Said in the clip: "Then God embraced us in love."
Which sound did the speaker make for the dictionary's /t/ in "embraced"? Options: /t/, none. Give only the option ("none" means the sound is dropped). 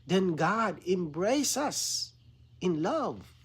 none